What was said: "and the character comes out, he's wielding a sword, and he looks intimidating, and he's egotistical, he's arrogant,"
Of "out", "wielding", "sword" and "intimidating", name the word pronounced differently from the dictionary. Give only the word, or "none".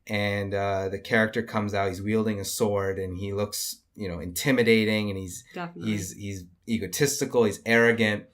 none